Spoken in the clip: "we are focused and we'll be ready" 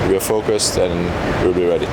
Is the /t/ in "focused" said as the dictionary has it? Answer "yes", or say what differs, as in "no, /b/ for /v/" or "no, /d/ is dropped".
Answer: yes